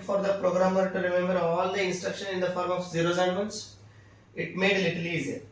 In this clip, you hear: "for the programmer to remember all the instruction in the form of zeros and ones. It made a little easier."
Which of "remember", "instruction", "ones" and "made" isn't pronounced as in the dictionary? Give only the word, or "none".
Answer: ones